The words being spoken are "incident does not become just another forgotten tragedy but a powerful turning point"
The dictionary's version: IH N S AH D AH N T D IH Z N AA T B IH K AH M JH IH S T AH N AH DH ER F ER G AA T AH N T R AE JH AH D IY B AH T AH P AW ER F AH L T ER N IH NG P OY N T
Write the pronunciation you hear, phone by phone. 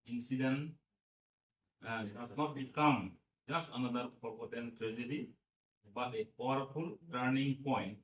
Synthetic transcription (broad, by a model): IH N S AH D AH N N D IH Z N AA T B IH K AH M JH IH S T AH N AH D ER P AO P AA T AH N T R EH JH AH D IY B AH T AH P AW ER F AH L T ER N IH NG P OY N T